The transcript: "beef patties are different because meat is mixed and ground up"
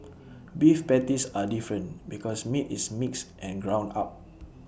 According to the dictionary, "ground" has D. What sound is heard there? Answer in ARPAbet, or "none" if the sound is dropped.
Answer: none